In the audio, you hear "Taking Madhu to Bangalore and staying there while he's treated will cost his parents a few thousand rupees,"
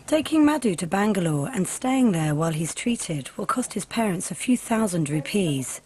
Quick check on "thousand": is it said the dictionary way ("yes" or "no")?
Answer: yes